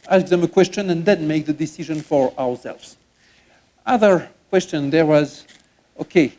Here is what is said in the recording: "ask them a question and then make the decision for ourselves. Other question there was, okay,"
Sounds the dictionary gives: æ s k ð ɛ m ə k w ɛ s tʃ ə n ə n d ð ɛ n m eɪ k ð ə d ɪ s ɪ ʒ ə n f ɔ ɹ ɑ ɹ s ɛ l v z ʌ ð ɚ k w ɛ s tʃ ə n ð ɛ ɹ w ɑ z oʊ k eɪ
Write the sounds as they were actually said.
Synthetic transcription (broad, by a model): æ s k ð ɛ m ə k w ɛ s tʃ ə n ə n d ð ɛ n m eɪ k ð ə d ɪ s ɪ ʒ ə n f ɔ ɹ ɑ ɹ s ɛ l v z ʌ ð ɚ k w ɛ s tʃ ə n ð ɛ ɹ w ɑ z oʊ k eɪ